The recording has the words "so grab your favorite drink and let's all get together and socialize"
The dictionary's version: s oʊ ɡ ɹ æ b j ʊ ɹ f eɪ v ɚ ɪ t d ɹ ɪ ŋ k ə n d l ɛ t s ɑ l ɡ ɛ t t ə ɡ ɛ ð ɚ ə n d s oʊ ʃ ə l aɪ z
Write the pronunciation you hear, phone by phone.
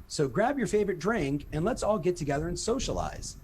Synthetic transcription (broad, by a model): s oʊ ɡ ɹ æ b j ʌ ɹ f eɪ v ɚ ɪ t d ɹ ɪ ŋ k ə n l ɛ t s ɑ l ɡ ɛ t t ə ɡ ɛ ð ɚ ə n s oʊ ʃ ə l aɪ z